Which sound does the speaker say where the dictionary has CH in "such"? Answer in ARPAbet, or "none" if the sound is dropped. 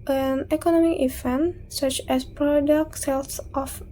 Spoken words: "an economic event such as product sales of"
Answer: CH